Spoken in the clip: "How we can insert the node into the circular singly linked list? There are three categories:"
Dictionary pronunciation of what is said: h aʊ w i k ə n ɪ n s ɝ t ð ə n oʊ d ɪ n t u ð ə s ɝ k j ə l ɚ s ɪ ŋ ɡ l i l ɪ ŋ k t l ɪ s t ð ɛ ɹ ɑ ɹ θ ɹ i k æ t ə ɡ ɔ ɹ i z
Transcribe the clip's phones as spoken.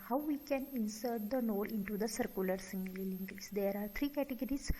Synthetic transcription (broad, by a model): h aʊ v i k ə n ɪ n s ɝ t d ə n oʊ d ɪ n t u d ə s ɝ k j ə l ɚ s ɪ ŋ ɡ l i l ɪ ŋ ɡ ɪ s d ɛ ɹ ɑ ɹ t ɹ i k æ t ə ɡ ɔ ɹ i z